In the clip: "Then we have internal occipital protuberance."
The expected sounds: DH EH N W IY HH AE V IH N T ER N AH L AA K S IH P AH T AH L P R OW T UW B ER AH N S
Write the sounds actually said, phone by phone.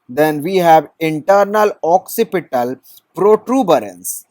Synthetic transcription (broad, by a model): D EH N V IY HH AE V IH N T ER N AH L AA K S IH P AH T AH L P R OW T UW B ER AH N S